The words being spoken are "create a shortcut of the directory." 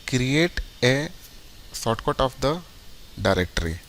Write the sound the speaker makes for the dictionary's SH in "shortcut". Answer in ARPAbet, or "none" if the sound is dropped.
S